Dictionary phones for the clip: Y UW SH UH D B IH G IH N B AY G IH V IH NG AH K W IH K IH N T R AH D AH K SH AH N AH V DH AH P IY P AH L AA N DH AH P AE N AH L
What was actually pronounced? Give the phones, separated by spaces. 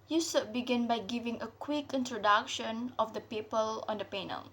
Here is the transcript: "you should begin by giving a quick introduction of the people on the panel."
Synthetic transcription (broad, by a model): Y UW S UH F B IH G IH N B AY G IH V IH NG AH K W IH K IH N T R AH D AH K SH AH N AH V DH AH P IY P AH L AA N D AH P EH N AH L